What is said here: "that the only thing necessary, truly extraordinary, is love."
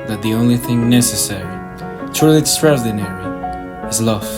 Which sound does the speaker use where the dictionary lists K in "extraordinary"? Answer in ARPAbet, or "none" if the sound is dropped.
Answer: none